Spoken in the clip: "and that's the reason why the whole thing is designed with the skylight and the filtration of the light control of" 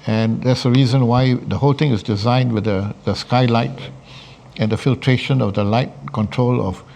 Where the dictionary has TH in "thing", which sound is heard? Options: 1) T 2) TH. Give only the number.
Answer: 1